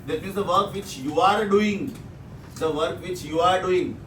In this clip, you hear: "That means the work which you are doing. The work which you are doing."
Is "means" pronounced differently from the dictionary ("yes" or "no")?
yes